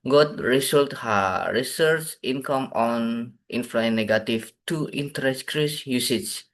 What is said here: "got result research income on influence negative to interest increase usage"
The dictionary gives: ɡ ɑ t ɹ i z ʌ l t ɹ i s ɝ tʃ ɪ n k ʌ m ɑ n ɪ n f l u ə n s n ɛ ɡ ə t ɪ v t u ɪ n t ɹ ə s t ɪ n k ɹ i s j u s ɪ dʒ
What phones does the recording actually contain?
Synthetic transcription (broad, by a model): ɡ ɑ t ɹ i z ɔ l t ɹ i s ɝ tʃ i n k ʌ m ɑ n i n f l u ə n n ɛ ɡ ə t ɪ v t u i n t ə t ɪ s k ɹ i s j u s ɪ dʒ